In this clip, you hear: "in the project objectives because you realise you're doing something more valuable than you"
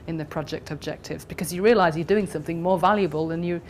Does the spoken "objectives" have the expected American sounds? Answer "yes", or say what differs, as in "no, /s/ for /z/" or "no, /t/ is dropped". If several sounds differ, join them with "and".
yes